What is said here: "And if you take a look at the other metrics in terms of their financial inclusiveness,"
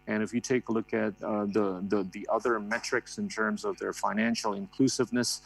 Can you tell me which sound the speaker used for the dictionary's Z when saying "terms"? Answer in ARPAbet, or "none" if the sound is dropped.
Z